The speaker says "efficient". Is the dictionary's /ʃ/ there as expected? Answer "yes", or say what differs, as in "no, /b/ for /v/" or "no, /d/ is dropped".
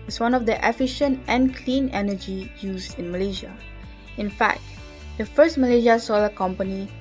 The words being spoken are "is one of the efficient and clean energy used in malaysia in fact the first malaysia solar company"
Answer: yes